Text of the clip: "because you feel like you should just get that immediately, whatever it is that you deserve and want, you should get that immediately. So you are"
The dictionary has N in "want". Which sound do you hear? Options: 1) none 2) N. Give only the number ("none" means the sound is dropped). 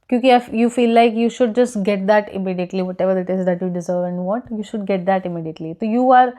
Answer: 1